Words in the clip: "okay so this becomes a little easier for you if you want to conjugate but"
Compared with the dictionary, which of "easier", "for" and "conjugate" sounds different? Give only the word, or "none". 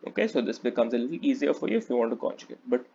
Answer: conjugate